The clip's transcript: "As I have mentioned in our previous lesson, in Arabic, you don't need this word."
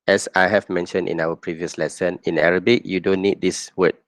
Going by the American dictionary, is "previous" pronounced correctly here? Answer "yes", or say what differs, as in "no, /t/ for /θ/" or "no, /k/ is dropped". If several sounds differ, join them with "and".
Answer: yes